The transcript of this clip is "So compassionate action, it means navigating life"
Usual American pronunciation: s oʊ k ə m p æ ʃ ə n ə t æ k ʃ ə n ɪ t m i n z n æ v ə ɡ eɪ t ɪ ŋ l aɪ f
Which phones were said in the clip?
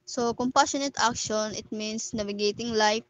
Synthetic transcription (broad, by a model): s oʊ k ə m p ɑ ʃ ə n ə t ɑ k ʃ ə n ɪ t m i n s n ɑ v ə ɡ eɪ t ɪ ŋ l aɪ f